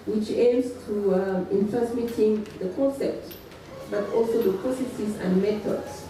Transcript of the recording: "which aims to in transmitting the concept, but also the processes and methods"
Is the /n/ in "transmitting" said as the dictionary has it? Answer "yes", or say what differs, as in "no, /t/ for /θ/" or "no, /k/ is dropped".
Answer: no, /n/ is dropped